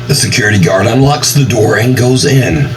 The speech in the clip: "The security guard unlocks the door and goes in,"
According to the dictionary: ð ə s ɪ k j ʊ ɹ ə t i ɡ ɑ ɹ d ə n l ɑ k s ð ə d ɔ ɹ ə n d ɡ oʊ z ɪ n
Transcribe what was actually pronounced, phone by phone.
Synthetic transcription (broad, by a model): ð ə s ɪ k j ʊ ɹ ə t i ɡ ɑ ɹ d ə n l ɑ k s ð ə d ɔ ɹ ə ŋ ɡ oʊ z ɪ n